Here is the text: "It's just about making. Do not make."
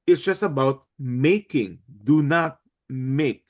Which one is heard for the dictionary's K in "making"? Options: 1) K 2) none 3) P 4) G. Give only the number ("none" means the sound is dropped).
1